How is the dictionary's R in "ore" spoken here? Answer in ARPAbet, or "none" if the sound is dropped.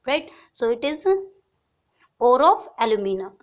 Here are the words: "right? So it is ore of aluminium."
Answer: R